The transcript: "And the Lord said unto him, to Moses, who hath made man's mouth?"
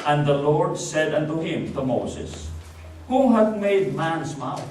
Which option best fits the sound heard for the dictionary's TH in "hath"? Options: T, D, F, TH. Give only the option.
T